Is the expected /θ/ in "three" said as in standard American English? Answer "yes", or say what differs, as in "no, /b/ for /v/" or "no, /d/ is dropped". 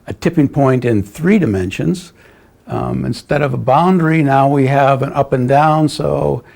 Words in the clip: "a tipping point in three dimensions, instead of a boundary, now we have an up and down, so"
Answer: yes